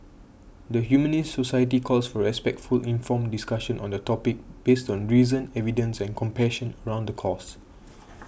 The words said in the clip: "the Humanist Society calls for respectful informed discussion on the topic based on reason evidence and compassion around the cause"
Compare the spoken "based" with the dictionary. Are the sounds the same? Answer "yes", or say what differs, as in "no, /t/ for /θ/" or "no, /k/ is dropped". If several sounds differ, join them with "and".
yes